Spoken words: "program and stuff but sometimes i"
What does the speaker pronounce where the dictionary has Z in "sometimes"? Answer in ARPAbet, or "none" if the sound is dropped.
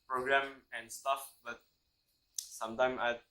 none